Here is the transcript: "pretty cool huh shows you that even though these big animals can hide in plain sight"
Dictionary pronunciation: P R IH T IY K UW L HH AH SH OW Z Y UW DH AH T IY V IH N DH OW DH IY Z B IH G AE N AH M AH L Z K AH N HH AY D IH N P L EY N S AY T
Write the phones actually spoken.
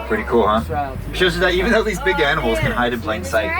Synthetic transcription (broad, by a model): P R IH T IY K UW L HH AH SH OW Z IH DH AH T IY V IH N DH OW DH IY Z B IH G AE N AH M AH L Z K AH N HH AY D IH N P L EY N S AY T